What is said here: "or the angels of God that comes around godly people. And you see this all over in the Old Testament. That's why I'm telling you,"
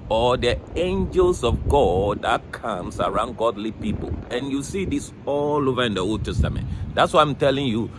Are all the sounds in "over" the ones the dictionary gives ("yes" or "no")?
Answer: yes